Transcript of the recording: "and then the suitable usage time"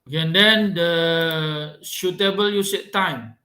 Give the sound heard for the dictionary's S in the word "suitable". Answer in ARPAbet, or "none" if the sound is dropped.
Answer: SH